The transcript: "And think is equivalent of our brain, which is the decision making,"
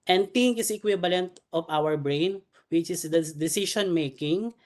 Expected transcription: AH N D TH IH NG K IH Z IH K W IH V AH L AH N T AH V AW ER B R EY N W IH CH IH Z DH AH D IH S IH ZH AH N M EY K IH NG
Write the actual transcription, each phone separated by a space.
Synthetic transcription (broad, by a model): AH N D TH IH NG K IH S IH K W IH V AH L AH N T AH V AW ER B R EY N W IH CH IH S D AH D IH S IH SH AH N M EY K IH NG